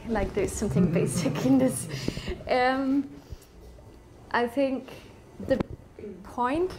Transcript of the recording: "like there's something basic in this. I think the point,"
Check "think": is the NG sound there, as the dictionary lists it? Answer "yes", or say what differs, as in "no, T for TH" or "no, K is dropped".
yes